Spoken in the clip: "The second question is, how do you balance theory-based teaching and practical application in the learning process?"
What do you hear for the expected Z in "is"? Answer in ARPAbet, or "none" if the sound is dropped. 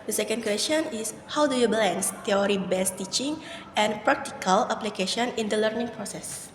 S